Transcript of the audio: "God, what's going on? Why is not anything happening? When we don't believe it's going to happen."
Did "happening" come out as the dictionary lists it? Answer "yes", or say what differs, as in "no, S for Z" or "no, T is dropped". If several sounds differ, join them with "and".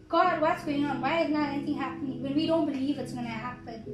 yes